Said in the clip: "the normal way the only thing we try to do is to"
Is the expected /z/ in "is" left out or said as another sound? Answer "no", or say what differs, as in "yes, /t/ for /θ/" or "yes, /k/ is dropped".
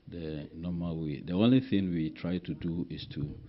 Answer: yes, /s/ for /z/